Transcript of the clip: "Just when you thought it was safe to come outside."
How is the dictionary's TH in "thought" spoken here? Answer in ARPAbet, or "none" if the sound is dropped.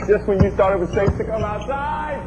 T